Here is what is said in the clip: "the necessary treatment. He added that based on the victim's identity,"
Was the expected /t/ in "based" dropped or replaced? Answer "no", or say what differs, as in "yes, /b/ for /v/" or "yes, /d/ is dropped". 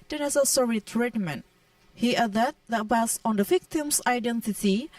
yes, /t/ is dropped